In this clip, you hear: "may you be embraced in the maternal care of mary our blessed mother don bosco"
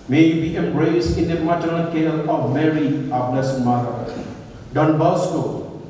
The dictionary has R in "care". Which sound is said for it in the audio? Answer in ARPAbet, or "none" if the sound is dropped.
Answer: L